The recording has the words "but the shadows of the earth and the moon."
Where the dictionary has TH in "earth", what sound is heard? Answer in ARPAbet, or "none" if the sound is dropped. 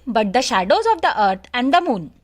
T